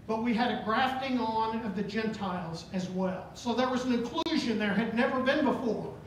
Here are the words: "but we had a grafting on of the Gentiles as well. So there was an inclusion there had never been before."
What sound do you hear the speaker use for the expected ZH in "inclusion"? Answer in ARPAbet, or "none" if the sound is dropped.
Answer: ZH